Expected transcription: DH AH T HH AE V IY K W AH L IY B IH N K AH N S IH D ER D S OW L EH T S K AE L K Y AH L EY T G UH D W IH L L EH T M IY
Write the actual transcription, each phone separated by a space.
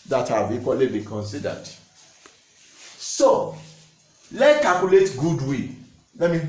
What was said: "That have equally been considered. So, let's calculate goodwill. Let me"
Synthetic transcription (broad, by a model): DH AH T HH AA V IY K W AH L IY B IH K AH N S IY D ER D S OW L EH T K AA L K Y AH L EY T G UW D W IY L L EH T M IY